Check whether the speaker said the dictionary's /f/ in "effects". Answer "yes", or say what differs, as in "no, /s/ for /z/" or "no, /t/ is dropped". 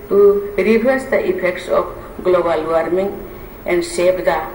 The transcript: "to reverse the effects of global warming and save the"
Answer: no, /p/ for /f/